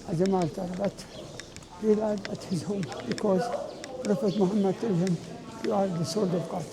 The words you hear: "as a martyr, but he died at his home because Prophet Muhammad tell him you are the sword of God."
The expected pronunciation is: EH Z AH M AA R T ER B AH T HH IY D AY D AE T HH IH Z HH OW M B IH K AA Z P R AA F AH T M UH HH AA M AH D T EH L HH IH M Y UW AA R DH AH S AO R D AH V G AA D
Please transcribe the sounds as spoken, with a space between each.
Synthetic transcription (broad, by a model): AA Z AH M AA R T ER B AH T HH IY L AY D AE T HH IH Z HH OW M B IH K AA Z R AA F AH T M UH HH AA M AH D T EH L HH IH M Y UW AA R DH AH S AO L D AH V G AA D